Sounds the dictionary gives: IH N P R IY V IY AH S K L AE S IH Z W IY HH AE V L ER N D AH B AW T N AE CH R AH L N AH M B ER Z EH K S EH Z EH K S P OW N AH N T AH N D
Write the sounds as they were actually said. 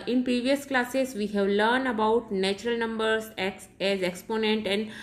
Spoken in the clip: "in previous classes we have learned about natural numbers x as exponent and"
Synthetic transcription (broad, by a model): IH N P R IY V IY AH S K L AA S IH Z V IY HH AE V L ER N D AH B AW T N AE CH R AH L N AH M B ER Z EH K S EH Z EH K S P OW N AH N T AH N D